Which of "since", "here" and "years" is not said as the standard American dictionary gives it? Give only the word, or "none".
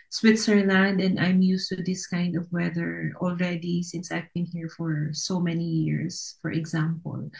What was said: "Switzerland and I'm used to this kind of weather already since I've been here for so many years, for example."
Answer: years